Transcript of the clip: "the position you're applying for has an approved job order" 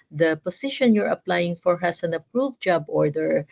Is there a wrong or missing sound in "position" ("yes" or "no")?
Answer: yes